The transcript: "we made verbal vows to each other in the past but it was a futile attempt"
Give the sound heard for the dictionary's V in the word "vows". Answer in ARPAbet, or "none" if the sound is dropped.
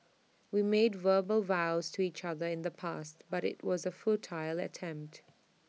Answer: V